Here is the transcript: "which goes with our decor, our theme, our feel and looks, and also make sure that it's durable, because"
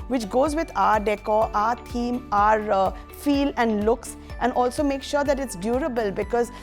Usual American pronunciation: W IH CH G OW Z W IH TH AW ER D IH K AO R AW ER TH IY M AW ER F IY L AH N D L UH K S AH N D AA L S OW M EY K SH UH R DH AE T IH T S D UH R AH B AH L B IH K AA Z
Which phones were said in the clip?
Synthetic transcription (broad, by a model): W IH CH G OW Z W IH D AW ER D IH K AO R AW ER T IY M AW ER F IY L AH N D L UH K S AH N D AA L S OW M EY K SH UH R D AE T IH T S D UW R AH B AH L B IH K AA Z